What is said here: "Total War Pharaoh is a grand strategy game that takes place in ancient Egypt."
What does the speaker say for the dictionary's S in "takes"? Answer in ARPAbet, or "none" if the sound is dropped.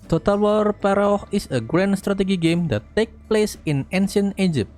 none